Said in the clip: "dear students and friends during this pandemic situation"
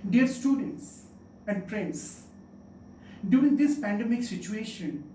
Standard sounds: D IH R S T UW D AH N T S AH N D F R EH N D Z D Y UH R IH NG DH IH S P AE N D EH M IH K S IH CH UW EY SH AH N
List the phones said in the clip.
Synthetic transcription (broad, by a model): D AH R S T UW D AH N T S AH N D P R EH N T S D Y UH R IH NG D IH S P AE N D EH M IH K S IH CH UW EY SH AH N